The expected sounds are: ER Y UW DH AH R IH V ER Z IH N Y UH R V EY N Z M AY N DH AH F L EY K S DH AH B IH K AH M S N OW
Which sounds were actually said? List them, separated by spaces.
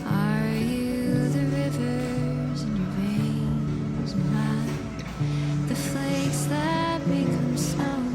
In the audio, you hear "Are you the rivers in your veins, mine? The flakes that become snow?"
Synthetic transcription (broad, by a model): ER Y UW DH AH R IH V ER Z IH N Y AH R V EY N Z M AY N DH AH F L EY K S DH AH B IH K AH M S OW